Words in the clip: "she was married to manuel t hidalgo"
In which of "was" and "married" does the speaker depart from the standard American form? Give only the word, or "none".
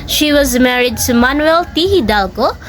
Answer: none